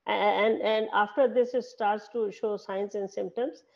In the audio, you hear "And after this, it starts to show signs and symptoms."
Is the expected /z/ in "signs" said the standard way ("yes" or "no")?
no